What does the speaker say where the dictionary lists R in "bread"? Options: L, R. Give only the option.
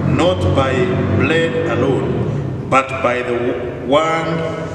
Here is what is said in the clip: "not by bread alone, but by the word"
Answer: L